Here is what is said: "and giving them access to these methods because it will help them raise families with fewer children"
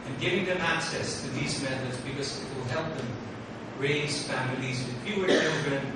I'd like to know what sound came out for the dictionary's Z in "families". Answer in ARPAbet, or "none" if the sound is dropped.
Z